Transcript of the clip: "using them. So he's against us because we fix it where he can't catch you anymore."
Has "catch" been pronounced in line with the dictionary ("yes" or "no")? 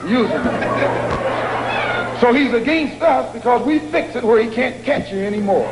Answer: yes